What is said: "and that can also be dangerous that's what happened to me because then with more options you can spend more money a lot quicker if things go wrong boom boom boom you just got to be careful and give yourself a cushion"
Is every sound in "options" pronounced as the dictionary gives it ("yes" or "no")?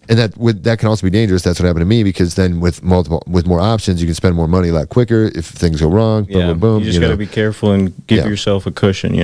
yes